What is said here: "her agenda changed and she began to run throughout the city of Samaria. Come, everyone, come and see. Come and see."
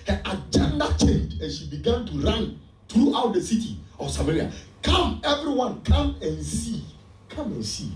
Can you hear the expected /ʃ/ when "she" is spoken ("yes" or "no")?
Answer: yes